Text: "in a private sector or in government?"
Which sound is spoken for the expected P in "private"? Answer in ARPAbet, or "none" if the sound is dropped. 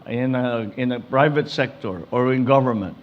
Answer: P